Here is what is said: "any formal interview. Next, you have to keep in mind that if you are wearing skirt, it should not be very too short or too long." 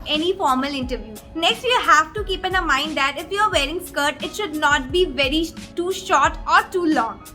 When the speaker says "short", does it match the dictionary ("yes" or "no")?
yes